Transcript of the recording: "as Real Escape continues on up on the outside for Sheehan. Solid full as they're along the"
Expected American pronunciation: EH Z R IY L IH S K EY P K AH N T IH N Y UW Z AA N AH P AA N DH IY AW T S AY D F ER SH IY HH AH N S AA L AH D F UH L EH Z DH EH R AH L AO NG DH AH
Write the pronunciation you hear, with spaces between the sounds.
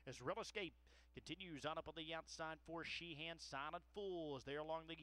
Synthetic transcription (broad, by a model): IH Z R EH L IH S K EY P K AH N T IH N Y UW Z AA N AH P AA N DH IY AW T S AY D F ER SH IY HH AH N S AA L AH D F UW L Z DH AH R AH L AO NG DH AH